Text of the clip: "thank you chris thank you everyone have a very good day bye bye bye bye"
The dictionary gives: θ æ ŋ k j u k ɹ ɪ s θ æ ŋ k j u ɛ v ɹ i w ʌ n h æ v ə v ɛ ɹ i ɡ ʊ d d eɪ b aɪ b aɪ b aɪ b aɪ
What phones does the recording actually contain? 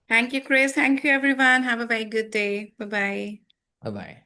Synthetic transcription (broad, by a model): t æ ŋ k j u k ɹ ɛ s t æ ŋ k j u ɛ v ɹ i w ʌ n h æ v ə b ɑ i ɡ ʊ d d eɪ b aɪ b aɪ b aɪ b aɪ